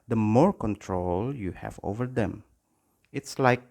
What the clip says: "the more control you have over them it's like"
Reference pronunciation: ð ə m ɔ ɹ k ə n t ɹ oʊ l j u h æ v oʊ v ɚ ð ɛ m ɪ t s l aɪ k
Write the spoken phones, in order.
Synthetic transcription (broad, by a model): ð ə m ɔ ɹ k ə n t ɹ oʊ l j u h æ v oʊ v ɚ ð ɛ m ɪ t s l aɪ k